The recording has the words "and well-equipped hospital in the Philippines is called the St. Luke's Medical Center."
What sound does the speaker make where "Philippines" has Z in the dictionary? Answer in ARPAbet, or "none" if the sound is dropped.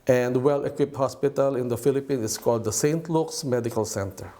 none